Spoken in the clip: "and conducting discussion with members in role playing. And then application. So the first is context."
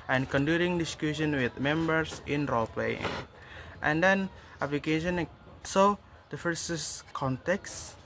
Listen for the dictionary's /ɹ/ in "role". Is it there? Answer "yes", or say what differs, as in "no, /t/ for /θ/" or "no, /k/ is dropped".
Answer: yes